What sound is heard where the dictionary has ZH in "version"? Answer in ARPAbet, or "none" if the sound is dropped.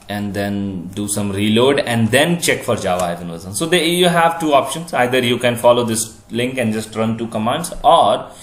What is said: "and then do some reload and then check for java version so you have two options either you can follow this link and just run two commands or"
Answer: Z